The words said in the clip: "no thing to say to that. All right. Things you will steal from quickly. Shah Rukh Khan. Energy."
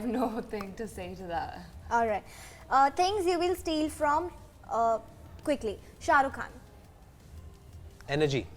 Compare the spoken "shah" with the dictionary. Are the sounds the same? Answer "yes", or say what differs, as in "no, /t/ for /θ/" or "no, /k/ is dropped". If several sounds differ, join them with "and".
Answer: yes